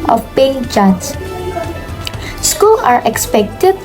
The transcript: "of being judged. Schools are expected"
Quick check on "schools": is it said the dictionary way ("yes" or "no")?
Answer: no